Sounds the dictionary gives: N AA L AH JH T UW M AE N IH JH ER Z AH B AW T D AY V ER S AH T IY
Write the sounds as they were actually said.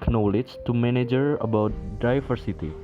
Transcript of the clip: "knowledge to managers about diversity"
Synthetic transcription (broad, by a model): N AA L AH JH T UW M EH N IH JH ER AH B AW T D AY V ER S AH T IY